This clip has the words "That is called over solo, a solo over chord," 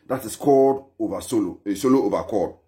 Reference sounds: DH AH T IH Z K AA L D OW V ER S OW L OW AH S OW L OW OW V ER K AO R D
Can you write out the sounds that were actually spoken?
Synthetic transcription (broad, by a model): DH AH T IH S K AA D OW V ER S OW L OW AH S OW L OW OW V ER K AO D